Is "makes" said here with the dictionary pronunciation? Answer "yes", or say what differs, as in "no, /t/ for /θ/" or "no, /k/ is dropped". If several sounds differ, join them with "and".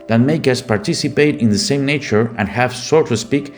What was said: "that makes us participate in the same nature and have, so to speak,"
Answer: no, /s/ is dropped